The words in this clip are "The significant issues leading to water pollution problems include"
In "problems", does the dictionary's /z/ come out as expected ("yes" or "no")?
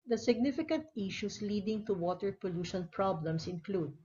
no